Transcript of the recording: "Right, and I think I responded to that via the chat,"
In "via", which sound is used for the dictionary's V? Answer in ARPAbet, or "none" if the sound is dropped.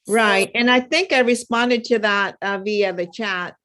V